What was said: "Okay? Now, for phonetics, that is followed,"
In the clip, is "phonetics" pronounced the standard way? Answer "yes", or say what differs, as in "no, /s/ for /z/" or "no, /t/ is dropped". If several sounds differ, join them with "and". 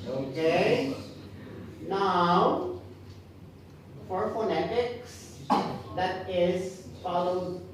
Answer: yes